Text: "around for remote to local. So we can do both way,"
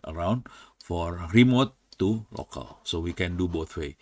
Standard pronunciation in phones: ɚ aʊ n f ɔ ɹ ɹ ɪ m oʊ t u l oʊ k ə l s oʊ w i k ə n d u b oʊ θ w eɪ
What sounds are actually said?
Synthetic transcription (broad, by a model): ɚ aʊ n f ɔ ɹ ɹ ɪ m oʊ t u l oʊ k ə l s oʊ w i k ə n d u b oʊ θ w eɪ